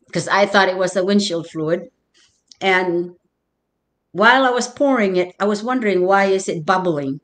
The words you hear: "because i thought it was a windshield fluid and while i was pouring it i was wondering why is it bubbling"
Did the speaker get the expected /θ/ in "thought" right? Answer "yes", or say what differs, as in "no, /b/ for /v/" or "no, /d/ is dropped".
yes